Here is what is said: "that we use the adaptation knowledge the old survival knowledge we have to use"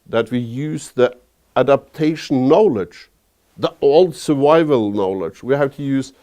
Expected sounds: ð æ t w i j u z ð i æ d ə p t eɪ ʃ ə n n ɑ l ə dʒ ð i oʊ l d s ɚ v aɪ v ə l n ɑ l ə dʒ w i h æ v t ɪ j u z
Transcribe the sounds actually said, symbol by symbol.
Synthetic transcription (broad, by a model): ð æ t w i j u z ð i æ d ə p t eɪ ʃ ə n n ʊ l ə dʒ ð i oʊ l d s ɚ v aɪ v ə l n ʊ l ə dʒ w i h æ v t ɪ j u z